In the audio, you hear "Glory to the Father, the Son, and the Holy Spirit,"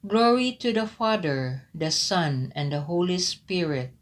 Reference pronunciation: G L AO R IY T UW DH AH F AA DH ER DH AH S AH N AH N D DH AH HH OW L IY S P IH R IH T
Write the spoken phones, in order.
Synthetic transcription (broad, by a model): G L AO R IY T UW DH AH F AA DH ER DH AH S AH N AH N D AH HH OW L IY S P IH R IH T